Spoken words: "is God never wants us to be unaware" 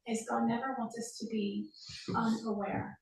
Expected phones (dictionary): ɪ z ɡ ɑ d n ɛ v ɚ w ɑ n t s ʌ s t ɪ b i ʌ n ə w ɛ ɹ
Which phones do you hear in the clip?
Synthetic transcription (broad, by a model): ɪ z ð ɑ n ɛ v ɚ w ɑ n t ʌ s t ɪ b i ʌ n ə w ɛ ɹ